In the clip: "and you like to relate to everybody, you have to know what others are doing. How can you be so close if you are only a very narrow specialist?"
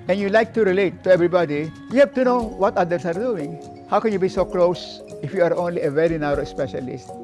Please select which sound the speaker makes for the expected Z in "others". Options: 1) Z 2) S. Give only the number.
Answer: 2